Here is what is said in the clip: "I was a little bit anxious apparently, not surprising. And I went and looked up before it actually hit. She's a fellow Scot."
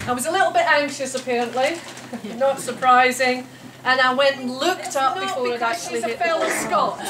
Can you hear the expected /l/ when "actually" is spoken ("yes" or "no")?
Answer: no